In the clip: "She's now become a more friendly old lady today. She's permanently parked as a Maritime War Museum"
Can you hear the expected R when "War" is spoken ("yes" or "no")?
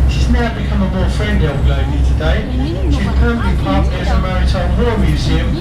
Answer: no